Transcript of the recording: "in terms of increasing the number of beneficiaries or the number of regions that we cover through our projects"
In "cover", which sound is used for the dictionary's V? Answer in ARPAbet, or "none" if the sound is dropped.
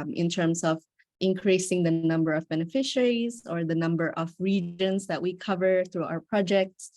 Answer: V